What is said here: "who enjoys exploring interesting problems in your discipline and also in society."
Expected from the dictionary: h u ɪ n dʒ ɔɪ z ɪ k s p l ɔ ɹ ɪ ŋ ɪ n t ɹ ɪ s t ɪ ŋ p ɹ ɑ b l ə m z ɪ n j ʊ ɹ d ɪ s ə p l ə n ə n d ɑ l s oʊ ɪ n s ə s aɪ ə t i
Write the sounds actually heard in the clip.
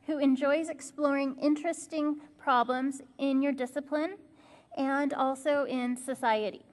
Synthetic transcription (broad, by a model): h u ɪ n dʒ ɔɪ z ɪ k s p l ɔ ɹ ɪ ŋ ɪ n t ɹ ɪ s t ɪ ŋ p ɹ ɑ b l ə m z ɪ n j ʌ ɹ d ɪ s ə p l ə n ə n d ɑ l s oʊ ɪ n s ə s aɪ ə t i